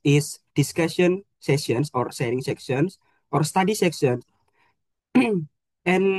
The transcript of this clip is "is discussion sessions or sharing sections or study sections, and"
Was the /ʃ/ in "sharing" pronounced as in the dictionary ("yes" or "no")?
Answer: no